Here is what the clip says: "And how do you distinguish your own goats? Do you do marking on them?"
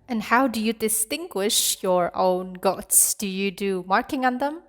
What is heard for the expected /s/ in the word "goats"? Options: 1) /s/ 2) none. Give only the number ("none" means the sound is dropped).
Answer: 1